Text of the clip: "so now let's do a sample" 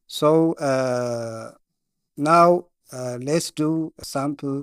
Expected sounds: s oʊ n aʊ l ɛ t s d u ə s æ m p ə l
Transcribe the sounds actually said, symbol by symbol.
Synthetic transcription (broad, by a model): s oʊ n aʊ l ɛ t s d u ə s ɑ m p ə l